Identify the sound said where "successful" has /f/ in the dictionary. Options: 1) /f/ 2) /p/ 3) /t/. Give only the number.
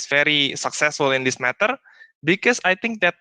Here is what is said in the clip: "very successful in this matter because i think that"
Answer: 1